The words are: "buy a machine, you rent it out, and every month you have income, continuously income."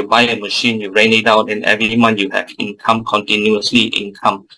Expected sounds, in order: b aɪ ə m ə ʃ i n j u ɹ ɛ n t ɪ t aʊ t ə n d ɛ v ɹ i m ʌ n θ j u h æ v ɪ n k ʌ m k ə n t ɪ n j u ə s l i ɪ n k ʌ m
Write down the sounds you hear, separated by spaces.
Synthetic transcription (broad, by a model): b aɪ ə m ə ʃ i n j u ɹ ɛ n ɪ t aʊ t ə n ɛ v ɹ i m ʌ n j u h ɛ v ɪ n k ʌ m k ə n t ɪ n j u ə s l i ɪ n k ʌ m